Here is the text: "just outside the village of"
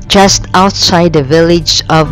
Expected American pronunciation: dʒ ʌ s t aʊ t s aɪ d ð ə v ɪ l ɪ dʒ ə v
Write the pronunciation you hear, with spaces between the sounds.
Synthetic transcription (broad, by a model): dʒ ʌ s t aʊ t s aɪ d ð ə v ɪ l ɪ dʒ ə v